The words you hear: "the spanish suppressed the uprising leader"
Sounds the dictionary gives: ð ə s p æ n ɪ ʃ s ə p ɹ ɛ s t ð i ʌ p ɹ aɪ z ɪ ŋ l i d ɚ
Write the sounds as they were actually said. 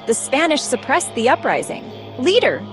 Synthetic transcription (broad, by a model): ð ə s p æ n ɪ ʃ s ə p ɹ ɛ s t ð i ʌ p ɹ aɪ z ɪ ŋ l i d ɚ